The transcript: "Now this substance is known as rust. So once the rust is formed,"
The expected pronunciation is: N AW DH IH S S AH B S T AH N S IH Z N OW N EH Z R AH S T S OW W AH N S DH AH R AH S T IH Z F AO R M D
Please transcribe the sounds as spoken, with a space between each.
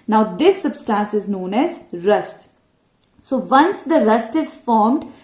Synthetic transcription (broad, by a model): N AW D IH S S AH B S T AH N S IH Z N OW N EH Z R AH S T S OW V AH N S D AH R AH S T IH Z F AO R M D